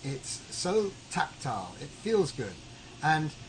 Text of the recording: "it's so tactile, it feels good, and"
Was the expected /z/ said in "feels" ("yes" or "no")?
yes